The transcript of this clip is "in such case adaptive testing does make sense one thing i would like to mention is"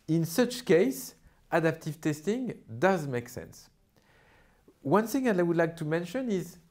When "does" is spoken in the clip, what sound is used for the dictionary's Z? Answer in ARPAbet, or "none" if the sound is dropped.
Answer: Z